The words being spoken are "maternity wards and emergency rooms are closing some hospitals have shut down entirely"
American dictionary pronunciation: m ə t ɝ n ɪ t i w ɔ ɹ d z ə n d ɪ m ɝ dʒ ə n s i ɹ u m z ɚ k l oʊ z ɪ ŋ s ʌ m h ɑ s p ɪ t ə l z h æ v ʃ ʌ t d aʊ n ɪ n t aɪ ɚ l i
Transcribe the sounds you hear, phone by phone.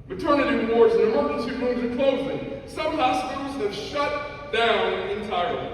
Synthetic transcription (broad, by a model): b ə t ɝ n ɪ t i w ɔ ɹ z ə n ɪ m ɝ ə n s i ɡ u z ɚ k oʊ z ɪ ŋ s ʌ m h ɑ s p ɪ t l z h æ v ʃ ʌ t d aʊ n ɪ n t aɪ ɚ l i